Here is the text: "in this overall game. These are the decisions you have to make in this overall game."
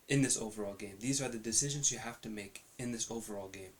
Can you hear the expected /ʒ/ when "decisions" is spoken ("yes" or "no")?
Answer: yes